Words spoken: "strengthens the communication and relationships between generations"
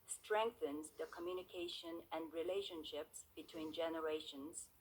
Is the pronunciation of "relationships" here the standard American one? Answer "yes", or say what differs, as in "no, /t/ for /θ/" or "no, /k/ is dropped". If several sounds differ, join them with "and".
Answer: yes